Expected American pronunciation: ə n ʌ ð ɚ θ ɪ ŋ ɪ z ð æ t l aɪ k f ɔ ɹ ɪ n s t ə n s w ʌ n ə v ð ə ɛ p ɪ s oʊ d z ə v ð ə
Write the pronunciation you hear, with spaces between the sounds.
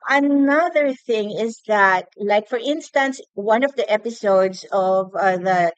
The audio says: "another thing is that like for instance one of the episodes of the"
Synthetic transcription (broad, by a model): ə n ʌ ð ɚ θ ɪ ŋ ɪ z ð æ t l aɪ k f ɔ ɹ ɪ n s t ə n s w ʌ n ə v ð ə ɛ p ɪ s oʊ d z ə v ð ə